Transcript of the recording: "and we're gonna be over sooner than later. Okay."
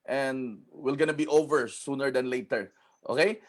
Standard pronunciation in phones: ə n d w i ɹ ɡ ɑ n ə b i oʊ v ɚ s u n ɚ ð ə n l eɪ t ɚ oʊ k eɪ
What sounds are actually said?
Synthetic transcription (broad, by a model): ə n d w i l ɡ ɑ n ə b i oʊ v ɚ s u n ɚ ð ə n l eɪ t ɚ oʊ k eɪ